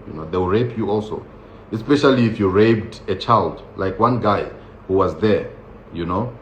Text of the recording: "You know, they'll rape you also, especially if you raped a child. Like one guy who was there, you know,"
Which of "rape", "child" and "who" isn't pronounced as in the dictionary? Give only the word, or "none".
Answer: none